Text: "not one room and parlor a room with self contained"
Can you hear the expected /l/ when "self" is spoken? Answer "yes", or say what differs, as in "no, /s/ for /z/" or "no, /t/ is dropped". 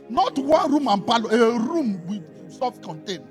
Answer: no, /l/ is dropped